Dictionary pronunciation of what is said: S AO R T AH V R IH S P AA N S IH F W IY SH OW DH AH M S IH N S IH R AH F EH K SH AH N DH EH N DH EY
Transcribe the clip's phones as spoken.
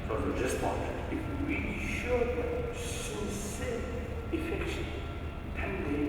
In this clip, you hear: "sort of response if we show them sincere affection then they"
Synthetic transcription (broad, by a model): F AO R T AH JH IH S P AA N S IH F W IY SH OW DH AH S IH S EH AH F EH K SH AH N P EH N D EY